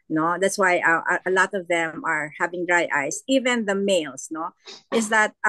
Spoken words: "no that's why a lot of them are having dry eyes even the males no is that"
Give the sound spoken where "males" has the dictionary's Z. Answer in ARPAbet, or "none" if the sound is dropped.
S